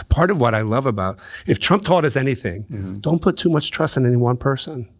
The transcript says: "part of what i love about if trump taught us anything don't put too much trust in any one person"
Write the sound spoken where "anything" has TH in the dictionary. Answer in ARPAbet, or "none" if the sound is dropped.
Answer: TH